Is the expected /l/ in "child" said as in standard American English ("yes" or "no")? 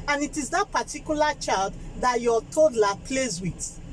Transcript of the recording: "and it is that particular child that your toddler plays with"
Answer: yes